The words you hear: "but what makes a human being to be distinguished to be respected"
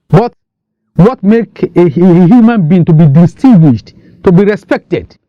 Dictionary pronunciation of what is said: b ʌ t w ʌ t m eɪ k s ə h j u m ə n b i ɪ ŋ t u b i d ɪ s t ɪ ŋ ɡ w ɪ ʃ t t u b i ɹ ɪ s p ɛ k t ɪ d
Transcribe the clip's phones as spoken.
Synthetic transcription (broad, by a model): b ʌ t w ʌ t m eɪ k ə h j u m ə n b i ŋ t u b i d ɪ s t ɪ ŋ ɡ w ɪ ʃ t t u b i ɹ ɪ s p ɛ k t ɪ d